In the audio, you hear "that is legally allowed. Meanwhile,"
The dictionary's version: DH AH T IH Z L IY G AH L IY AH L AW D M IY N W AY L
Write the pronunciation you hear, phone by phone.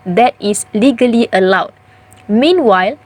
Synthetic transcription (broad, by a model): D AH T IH S L IY G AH L IY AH L AW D M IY N W AY L